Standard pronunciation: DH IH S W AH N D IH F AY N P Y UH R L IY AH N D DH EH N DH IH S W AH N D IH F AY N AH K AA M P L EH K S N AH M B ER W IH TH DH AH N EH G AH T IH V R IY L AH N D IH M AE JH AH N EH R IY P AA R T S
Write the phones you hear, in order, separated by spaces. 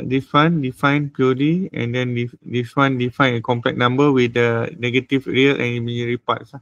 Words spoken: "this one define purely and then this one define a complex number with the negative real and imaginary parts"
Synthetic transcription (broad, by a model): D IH S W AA N D IH F AY N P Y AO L IY AH N D EH N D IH S W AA N D IH F AY N AH K AA M P L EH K N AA M B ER W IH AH N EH G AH T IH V R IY L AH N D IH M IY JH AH R IY P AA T S